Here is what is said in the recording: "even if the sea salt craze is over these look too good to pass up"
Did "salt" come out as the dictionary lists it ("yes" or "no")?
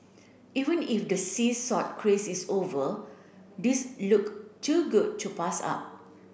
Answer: no